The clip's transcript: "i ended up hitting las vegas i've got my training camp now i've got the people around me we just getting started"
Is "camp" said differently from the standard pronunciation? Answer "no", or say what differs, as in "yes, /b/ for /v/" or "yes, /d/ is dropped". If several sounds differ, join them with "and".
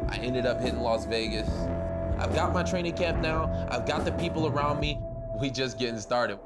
no